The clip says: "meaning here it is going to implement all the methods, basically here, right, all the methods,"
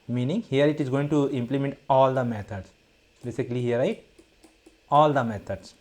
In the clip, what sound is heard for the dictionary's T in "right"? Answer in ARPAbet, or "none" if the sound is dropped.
none